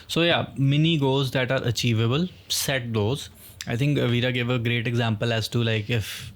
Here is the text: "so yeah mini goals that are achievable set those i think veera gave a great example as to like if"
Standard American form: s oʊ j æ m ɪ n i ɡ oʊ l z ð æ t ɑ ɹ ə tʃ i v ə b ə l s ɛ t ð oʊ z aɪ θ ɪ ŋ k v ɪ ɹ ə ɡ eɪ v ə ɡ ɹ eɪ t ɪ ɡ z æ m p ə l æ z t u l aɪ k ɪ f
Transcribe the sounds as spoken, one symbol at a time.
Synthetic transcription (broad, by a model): s oʊ j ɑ m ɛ n i ɡ oʊ z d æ t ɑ ɹ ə tʃ i v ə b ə l s ɛ t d oʊ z aɪ t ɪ ŋ k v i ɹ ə ɡ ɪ v ə ɡ ɹ eɪ t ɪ ɡ z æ m p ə l æ z t u l aɪ k ɪ f